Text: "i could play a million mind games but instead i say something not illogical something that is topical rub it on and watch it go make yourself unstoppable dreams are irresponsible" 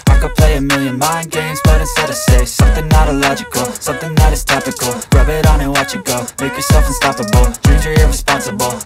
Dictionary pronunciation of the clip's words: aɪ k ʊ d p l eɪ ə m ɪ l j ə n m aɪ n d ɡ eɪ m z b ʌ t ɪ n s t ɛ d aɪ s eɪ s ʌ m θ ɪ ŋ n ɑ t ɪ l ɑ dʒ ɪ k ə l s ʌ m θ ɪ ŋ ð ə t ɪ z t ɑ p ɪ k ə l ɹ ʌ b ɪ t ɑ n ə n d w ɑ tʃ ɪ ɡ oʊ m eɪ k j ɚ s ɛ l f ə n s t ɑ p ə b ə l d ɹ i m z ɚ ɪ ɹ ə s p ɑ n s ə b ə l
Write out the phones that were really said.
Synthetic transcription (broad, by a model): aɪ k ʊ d p l eɪ ə m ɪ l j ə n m aɪ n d ɡ eɪ m z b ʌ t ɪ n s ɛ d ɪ s eɪ s ʌ m θ ɪ ŋ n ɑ t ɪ l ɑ dʒ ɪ k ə l s ʌ m θ ɪ ŋ ð ə t ɪ z t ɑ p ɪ k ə l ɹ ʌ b ɪ t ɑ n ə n w ɑ tʃ ɪ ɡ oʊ m eɪ k j ɚ s ɛ l f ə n s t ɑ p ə b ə l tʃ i z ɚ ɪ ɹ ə s p ɑ n s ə b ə l